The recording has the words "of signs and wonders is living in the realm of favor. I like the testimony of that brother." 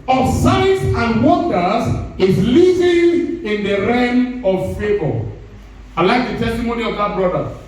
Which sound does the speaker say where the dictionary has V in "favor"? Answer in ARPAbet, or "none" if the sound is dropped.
B